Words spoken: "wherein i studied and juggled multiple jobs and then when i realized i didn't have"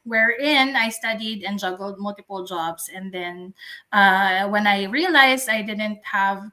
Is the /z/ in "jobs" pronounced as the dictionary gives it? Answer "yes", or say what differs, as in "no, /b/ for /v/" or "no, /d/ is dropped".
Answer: no, /s/ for /z/